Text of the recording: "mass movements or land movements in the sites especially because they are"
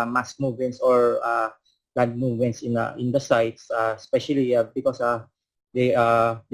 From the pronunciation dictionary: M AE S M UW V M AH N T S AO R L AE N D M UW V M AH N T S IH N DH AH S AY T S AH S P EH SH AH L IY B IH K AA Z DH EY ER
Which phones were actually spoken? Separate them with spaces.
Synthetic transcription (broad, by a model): M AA S M UW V M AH N T S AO R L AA D M UW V M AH N T S IH N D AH S AY T S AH S P EH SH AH L IY B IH K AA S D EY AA